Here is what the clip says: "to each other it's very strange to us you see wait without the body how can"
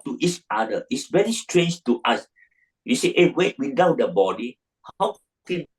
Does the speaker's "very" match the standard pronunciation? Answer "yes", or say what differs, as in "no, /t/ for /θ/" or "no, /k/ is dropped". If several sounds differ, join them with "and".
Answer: yes